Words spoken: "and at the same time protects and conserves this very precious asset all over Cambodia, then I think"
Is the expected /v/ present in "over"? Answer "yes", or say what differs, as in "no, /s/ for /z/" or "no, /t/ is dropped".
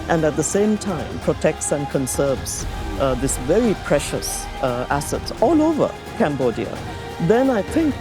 yes